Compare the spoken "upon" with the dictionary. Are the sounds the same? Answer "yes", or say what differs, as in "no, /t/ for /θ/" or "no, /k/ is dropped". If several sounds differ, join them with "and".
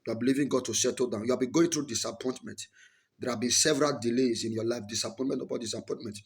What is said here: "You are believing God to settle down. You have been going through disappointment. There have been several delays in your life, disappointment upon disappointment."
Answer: no, /b/ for /p/